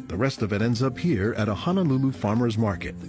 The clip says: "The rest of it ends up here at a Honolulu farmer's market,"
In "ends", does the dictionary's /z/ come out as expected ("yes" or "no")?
yes